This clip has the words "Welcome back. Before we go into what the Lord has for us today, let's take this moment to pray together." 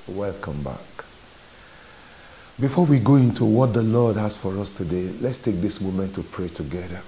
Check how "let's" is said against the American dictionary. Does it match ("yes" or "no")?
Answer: yes